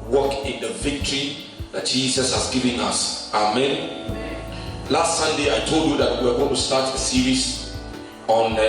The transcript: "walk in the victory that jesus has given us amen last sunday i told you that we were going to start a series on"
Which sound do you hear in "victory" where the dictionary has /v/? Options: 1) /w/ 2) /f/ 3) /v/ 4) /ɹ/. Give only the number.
3